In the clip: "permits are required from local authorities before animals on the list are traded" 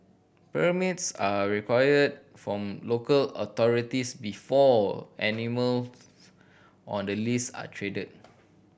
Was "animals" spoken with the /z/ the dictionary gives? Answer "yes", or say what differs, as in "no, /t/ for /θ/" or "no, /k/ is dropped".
no, /z/ is dropped